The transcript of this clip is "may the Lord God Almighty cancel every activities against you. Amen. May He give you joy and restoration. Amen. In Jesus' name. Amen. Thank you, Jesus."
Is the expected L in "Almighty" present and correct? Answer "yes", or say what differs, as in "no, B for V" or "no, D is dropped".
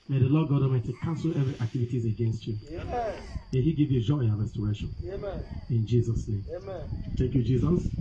no, L is dropped